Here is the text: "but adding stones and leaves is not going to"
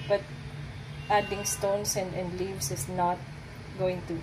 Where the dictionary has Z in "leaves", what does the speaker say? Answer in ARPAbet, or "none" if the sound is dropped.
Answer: S